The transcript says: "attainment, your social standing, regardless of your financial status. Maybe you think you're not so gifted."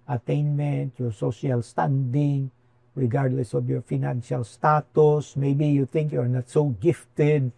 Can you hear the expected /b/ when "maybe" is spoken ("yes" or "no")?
yes